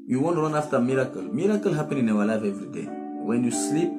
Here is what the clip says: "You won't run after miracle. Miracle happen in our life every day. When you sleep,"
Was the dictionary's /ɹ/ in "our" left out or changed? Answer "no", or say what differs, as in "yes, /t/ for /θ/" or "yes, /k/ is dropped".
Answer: yes, /w/ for /ɹ/